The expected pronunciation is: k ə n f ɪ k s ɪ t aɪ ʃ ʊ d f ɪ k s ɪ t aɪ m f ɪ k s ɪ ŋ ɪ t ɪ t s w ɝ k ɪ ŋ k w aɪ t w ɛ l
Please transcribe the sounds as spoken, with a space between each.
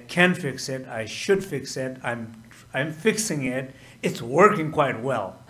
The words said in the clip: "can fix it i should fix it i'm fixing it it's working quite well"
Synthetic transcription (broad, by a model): k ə n f ɪ k s ɪ t aɪ ʃ ʊ d f ɪ k s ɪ t aɪ m f ɪ k s ɪ ŋ ɪ t ɪ t s w ɝ k ɪ ŋ k w aɪ t w ɛ l